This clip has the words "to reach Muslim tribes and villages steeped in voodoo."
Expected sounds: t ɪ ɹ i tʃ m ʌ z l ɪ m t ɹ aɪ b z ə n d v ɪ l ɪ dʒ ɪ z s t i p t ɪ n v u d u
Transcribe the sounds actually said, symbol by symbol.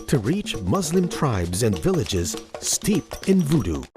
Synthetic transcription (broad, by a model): t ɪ ɹ i tʃ m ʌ z l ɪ m t ɹ aɪ b z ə n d v ɪ l ɪ dʒ ɪ z s t i p t ɪ n v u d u